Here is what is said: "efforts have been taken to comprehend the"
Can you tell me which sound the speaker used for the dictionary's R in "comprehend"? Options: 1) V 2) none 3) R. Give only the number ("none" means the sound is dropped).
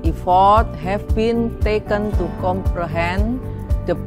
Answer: 3